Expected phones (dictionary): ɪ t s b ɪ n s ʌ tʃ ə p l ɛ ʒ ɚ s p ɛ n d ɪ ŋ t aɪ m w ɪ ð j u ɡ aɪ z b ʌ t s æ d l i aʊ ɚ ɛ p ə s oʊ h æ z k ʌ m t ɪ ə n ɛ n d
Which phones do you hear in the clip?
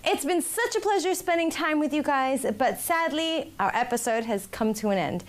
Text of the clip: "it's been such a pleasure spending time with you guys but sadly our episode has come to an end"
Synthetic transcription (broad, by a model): ɪ t s b ɪ n s ʌ tʃ ə p l ɛ ʒ ɚ s p ɛ n d ɪ ŋ t aɪ m w ɪ ð j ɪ ɡ aɪ z b ʌ t s æ d l i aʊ ɚ ɛ p ə s oʊ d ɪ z k ʌ m t ɪ ə n ɛ n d